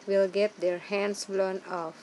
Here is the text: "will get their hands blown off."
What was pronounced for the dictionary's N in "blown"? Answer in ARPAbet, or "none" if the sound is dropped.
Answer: N